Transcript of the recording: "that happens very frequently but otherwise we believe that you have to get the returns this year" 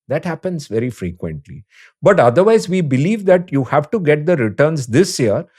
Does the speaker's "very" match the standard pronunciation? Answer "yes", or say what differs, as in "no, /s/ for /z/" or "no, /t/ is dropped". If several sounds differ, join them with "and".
yes